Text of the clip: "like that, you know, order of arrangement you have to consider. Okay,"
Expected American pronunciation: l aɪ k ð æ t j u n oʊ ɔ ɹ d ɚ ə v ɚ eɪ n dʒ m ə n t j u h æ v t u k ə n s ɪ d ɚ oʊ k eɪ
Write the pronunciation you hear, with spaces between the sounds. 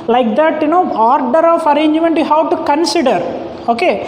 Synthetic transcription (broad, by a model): l aɪ k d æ t j u n oʊ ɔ ɹ d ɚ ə f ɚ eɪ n dʒ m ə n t j u h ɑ w t u k ə n s ɪ d ɚ oʊ k eɪ